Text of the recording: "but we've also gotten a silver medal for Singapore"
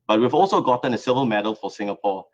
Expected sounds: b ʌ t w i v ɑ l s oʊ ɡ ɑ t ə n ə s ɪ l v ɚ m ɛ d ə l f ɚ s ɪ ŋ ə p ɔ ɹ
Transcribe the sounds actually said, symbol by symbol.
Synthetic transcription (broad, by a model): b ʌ t w i v ɑ l s oʊ ɡ ɑ t ə n ə s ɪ v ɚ m ɛ d ə l f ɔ s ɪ ŋ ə p ɔ